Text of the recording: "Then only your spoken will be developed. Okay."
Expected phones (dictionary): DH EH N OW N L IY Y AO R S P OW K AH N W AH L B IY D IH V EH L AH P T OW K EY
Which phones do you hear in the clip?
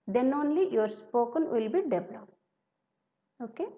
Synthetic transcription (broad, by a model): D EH N OW N L IY Y AO R S P OW K AH N W AH L B IY D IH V L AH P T OW K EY